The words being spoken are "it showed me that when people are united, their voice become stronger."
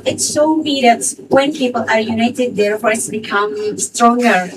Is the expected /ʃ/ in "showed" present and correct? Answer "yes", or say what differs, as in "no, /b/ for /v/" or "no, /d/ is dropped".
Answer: no, /s/ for /ʃ/